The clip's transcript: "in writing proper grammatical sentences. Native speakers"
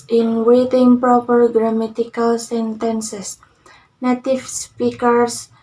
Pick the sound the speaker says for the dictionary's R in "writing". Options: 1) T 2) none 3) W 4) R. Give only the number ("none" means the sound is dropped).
3